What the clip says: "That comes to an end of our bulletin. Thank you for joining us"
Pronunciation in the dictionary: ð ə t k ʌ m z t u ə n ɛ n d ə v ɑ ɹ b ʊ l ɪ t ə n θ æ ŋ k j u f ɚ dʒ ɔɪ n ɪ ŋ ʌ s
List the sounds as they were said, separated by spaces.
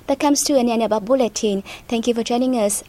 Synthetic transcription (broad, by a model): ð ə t k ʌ m s t u ə n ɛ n ə b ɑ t b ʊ l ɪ t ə n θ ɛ ŋ k j u f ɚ dʒ ɔɪ n ɪ ŋ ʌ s